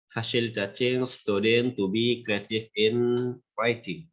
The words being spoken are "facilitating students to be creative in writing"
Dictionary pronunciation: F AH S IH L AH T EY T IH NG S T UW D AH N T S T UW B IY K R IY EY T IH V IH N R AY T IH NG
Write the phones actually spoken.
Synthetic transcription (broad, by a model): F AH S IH L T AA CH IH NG S T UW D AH N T T UW B IY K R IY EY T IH F IH N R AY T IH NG